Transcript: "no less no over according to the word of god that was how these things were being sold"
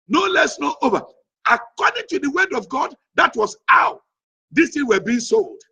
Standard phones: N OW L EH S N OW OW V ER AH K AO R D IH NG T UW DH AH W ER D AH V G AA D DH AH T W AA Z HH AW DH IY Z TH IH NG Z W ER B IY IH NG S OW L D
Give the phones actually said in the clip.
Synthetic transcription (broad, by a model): N OW L EH S N OW OW V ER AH K AO D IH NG T UW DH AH W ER D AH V G AA D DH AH T W AA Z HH AW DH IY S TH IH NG W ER B IY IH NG S OW L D